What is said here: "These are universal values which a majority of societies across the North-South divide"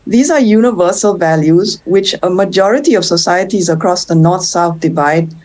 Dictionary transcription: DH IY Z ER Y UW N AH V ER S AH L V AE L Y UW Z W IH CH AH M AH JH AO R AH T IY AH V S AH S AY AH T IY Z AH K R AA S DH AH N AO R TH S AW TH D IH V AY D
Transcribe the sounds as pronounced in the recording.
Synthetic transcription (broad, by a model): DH IY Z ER Y UW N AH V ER S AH L V AE L Y UW Z W IH CH AH M AH JH AO R AH T IY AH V S AH S AY AH T IY Z AH K R AA S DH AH N AO R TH S AW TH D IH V AY D